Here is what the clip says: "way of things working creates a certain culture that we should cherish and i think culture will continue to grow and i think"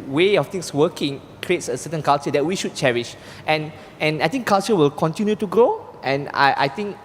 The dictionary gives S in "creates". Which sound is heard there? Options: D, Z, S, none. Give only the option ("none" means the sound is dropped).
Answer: S